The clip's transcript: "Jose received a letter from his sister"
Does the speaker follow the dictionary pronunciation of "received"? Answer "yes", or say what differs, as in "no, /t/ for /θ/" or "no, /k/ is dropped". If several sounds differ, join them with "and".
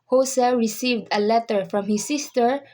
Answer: yes